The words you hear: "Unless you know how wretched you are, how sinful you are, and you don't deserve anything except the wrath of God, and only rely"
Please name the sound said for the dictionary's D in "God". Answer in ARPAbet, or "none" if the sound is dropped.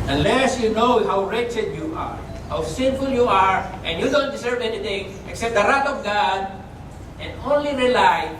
D